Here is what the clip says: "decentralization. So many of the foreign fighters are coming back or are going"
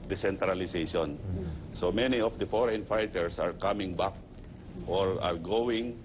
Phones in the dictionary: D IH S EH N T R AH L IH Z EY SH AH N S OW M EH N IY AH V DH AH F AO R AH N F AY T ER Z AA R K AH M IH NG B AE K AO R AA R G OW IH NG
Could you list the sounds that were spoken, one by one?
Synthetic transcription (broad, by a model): D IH S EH N T R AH L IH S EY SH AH N S OW M EH N IY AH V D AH F AO R AH N F AY T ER S AA R K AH M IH NG B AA K AO R AA R G OW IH NG